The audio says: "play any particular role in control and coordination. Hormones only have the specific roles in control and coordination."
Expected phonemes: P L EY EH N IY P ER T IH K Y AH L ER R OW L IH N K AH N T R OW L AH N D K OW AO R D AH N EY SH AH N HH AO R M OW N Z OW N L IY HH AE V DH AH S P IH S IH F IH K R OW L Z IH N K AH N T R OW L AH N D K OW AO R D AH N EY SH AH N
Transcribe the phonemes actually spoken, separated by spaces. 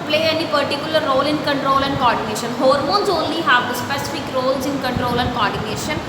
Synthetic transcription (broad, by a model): P L EY EH N IY P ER T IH K Y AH L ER R OW L IH N K AH N T R OW L AH N D K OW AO R D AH N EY SH AH N HH AO R M OW N Z OW N L IY HH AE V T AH S P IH S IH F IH K R OW L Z IH N K AH N T R OW L AH N D K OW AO R D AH N EY SH AH N